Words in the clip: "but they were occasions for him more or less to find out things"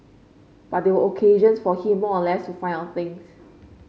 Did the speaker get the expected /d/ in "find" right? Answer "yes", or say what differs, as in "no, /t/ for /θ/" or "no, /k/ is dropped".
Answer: no, /d/ is dropped